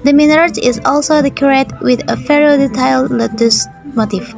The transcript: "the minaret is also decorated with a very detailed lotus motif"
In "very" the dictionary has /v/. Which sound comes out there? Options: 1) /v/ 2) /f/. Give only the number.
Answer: 2